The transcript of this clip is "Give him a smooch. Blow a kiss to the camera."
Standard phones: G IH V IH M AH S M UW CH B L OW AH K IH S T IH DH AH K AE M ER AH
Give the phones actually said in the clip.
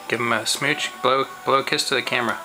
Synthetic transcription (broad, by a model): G IH V IH M AH S M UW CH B L OW AH K IH S T IH DH AH K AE M ER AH